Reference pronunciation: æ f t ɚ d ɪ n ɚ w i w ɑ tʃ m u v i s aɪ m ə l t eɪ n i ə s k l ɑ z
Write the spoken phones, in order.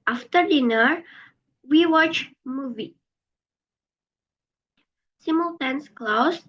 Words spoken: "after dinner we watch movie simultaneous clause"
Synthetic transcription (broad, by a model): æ f t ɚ d ɪ n ɚ w i w ɑ tʃ m u v i s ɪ m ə l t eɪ n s k l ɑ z